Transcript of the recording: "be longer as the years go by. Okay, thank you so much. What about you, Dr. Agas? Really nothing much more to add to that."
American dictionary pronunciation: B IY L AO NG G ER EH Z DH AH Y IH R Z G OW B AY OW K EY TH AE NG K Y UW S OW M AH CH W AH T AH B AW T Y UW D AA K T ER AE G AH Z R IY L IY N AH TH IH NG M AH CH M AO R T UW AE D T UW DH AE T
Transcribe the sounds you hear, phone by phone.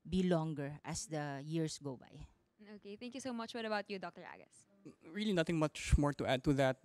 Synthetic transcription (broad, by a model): B IY L AO NG G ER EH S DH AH Y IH R S G OW B AY OW K EY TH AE NG K Y UW S OW M AH CH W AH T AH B AW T Y UW D AA K T ER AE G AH S R IY L IY N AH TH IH NG M AH CH M AO R T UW AE D T UW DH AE T